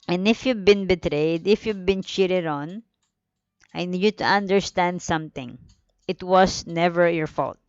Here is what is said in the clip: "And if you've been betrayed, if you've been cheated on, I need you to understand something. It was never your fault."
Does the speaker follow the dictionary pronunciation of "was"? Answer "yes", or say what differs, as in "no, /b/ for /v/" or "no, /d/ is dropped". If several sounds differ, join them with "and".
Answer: no, /s/ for /z/